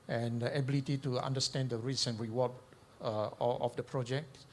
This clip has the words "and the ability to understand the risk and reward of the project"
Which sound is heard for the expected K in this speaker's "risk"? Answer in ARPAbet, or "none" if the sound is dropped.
none